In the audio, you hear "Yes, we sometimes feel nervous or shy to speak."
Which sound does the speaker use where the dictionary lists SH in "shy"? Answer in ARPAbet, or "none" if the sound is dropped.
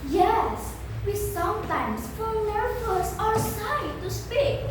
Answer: S